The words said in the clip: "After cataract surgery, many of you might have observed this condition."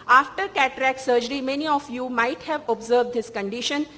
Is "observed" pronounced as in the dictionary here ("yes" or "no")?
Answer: yes